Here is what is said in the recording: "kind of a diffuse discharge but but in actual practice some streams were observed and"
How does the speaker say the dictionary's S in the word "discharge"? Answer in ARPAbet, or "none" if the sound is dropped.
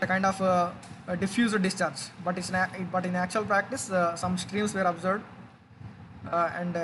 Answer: S